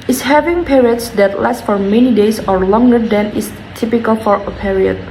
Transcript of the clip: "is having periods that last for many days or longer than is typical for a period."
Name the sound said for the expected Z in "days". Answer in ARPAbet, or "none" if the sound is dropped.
S